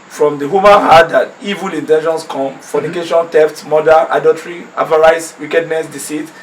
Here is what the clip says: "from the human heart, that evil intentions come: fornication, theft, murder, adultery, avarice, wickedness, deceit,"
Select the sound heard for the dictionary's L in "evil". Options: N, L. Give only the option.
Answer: L